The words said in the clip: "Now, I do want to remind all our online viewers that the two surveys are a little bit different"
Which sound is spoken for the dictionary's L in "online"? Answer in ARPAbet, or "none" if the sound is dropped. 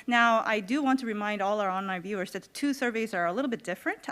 none